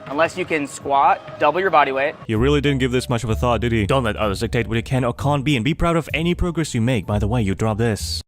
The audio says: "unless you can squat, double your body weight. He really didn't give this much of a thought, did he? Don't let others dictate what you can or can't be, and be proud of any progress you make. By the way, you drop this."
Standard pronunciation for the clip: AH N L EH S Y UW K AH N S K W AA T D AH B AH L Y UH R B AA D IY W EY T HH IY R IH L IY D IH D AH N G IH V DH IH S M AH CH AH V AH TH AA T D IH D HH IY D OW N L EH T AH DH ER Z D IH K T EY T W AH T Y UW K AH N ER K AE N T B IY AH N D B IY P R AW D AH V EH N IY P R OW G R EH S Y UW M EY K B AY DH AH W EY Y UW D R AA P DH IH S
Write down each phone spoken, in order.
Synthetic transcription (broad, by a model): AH N L EH S Y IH K AH N S K W AA T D AH B L Y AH R B AA D IY W EY T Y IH R IH L IY D IH D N G IH V DH IH S M AH CH AH V AH TH AA T D IH D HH IY D OW N L EH T AH DH ER Z D IH K T EY T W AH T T K AH N ER K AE N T B IY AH N B IY P R AW D AH V EH N IY P R OW G R EH S Y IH M EY K B AY DH AH W EY Y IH D R AA P DH IH S